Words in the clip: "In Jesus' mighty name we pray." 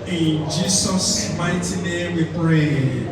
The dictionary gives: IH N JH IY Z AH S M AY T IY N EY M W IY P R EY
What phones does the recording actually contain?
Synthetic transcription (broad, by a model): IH N JH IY S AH S M AY T IY N EY M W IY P R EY